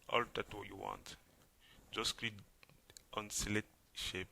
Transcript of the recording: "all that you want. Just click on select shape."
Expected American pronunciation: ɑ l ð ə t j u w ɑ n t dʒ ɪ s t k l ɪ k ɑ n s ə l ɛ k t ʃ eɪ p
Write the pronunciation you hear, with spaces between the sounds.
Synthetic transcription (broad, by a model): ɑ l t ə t j u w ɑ n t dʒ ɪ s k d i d ɑ n s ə l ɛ t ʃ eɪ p